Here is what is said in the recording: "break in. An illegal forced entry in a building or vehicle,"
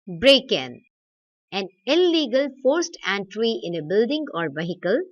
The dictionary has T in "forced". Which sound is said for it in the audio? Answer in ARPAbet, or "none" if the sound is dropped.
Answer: T